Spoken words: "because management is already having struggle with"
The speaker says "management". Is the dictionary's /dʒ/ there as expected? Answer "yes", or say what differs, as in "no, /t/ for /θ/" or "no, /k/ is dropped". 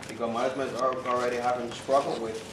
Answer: no, /z/ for /dʒ/